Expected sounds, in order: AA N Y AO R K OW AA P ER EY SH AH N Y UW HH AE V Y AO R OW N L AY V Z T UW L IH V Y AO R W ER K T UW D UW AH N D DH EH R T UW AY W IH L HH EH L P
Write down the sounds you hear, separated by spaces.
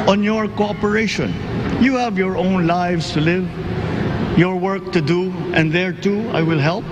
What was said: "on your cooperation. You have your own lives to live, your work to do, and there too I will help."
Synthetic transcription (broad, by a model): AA N Y AO R K OW AA P ER EY SH AH N Y UW HH AE V Y AO R OW N L AY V S T UW L IH V Y AO R W ER K T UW D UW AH N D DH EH R T UW AY W IH L HH EH L P